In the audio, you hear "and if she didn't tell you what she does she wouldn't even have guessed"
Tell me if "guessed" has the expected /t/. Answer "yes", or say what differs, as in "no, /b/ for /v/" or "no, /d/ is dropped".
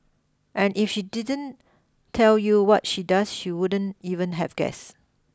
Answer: no, /t/ is dropped